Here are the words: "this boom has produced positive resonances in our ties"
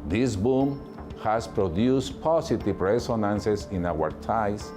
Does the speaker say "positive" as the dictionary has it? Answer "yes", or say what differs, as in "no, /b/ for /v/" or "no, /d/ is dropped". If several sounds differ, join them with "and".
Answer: no, /s/ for /z/